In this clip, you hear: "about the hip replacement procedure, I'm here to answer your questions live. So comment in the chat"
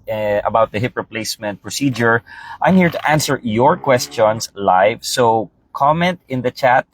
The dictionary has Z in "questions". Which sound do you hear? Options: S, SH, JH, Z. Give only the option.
S